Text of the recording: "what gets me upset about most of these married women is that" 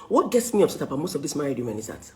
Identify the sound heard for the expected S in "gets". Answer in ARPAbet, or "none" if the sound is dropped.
S